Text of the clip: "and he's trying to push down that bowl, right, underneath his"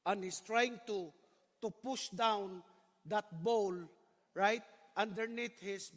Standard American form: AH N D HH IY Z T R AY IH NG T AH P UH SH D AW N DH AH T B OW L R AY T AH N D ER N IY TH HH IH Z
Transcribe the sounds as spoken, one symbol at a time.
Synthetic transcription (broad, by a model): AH N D HH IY S T R AY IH NG T AH P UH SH D AW N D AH T B OW L R AY T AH N D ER N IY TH HH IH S